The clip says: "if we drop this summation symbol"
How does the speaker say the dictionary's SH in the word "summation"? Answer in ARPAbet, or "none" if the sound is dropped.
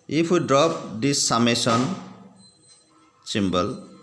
S